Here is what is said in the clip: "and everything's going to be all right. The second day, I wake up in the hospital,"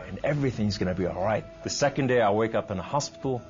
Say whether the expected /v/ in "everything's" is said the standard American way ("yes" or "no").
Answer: yes